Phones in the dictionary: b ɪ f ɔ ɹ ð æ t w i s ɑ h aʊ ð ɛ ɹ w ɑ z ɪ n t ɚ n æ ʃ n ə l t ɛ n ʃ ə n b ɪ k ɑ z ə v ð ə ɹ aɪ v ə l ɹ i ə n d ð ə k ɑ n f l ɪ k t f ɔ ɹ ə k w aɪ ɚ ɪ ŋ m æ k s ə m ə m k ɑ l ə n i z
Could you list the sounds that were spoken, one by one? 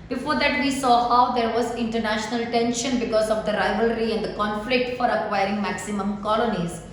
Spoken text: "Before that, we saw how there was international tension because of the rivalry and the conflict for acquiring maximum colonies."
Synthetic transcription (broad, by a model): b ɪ f ɔ ɹ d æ t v i s ɑ h aʊ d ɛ ɹ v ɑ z ɪ n t ɚ n æ ʃ n ə l t ɛ n ʃ ə n b ɪ k ɑ z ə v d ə ɹ aɪ v ə l ɹ i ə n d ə k ɑ n f l ɪ k t f ɔ ɹ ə k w aɪ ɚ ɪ ŋ m æ k s ə m ə m k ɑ l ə n i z